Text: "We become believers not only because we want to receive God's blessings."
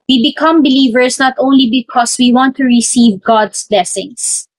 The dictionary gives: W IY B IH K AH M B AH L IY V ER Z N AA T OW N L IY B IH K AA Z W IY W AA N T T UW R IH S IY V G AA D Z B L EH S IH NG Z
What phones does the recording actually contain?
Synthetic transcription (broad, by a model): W IY B IH K AH M B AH L IY V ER S N AA T OW N L IY B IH K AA S W IY W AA N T T UW R IH S IY V G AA D S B L EH S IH NG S